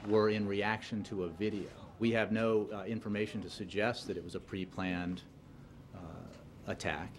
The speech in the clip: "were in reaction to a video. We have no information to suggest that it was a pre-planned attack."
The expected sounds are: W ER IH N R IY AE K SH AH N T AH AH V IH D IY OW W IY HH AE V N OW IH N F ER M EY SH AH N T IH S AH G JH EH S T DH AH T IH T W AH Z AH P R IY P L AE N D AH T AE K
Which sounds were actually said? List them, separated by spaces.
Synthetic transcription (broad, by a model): W ER IH N R IY AE K SH AH N T AH AH V IH D IY OW W IY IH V N OW IH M F ER M EY SH N T IH S AH G JH EH S T DH AH T IH T W AH Z AH P R IY P L AE N D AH T AE K